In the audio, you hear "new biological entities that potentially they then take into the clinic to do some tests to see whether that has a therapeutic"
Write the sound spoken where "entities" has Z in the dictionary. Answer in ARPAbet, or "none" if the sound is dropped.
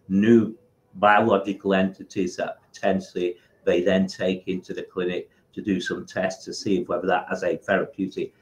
Z